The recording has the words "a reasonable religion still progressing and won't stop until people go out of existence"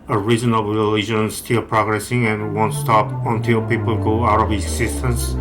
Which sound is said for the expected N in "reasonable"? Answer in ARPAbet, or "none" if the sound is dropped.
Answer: none